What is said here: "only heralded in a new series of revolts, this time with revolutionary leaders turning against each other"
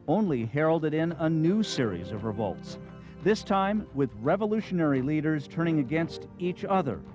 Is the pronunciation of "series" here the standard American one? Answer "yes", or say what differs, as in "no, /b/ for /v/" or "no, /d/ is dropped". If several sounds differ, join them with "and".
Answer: yes